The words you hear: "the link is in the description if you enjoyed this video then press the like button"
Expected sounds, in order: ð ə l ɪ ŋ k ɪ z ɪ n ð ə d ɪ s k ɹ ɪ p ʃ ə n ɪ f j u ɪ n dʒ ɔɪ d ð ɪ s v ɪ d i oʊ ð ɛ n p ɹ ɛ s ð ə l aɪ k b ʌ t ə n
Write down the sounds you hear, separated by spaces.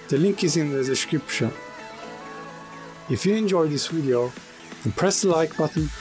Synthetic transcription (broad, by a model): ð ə l ɪ ŋ k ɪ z ɪ n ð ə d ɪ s k ɹ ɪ p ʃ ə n ɪ f j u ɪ n dʒ ɔɪ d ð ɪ s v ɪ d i oʊ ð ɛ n p ɹ ɛ s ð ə l aɪ k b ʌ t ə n